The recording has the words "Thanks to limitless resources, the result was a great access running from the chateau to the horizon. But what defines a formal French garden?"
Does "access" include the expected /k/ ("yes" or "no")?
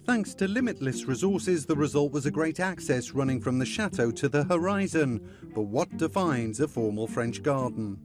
yes